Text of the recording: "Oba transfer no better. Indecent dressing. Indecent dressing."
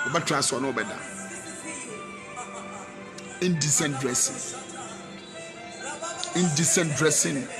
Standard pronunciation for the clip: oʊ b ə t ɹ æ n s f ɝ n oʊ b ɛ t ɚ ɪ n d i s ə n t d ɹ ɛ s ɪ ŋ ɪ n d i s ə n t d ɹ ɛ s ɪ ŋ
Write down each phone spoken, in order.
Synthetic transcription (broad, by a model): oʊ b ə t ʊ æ s ɔ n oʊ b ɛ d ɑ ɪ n d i s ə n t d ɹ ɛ s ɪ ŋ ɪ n d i s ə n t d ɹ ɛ s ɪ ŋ